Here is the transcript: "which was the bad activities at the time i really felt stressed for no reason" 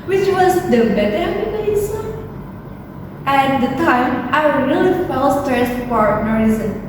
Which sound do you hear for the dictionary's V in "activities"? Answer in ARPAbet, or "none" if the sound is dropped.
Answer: B